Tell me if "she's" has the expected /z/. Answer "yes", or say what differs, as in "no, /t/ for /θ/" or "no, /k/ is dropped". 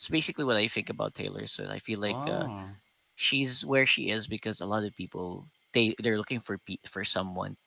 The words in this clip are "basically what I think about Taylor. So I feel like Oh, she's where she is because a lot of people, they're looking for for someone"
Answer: yes